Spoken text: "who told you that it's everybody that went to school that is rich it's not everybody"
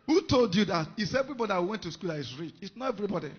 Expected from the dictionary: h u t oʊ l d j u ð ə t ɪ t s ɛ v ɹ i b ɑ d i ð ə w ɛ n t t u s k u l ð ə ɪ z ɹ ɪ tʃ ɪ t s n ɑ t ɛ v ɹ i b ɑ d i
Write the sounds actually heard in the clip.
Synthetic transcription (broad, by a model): h u t oʊ l d j u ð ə t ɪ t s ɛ v ɹ i b ɑ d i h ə w ɛ n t t u s k u l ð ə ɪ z ɹ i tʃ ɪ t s n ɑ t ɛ v ɹ i b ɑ d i